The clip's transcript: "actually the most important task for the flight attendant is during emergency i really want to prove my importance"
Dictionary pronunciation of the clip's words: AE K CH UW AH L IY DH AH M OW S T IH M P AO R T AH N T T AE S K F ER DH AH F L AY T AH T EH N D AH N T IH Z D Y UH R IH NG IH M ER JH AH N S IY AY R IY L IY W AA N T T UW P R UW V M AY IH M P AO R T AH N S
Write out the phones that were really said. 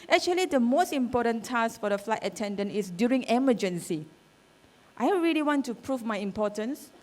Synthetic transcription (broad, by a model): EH K CH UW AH L IY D AH M OW S T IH M P AO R T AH N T T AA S F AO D AH F L AY T AH T EH N D AH N T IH S D Y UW R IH NG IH M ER JH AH N S IY AY R IY L IY W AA N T T UW P R UW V M AY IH M P AO T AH N S